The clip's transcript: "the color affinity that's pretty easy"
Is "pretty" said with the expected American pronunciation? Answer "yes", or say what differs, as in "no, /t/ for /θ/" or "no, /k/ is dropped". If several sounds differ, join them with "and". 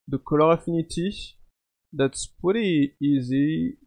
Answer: no, /ɹ/ is dropped